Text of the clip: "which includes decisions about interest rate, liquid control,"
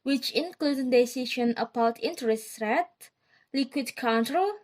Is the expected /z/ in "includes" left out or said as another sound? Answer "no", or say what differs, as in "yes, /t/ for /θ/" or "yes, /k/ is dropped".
yes, /z/ is dropped